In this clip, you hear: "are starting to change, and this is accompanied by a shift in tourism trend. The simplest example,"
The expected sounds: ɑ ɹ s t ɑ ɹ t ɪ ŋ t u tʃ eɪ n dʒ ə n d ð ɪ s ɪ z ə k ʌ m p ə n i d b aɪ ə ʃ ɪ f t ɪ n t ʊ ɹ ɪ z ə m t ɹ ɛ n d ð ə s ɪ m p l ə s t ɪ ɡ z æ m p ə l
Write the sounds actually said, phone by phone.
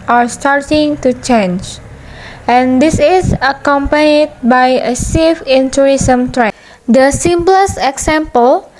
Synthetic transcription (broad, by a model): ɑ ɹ s t ɑ ɹ t ɪ ŋ t u tʃ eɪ n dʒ ə n d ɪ s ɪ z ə k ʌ m p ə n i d b aɪ ə s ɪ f ɪ n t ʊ ɹ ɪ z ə m t ɹ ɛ d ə s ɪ m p l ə s ɪ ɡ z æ m p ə l